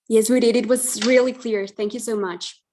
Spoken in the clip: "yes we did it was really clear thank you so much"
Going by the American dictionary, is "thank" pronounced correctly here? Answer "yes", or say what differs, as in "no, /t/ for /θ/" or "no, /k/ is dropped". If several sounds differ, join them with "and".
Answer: yes